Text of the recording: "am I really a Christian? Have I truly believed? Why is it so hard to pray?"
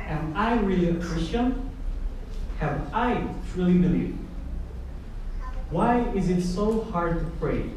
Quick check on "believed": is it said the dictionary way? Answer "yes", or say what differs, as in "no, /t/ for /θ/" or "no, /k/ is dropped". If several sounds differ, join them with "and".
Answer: yes